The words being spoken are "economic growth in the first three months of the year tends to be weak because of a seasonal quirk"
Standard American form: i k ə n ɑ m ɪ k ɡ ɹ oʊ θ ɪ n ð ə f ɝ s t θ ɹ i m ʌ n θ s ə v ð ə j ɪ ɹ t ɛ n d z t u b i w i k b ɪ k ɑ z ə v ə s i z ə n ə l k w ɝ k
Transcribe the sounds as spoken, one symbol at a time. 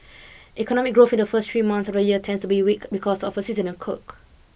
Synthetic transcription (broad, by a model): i k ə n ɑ m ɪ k ɡ ɹ oʊ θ ɪ n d ə f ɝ s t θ ɹ i m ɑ n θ s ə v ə j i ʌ t ɛ n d s t u b i w i k b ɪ k ɑ s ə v ə s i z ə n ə n k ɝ k